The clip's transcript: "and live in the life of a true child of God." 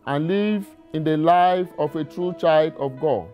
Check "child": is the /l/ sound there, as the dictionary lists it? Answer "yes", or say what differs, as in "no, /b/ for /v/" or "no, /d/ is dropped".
yes